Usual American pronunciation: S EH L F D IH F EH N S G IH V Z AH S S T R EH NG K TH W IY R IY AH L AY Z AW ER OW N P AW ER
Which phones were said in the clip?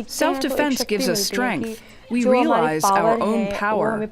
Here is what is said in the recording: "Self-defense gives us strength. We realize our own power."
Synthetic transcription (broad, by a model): S EH L F D IH F EH N S G IH V Z AH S S T R EH NG K TH W IY R IY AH L AY Z AW ER OW N P AW ER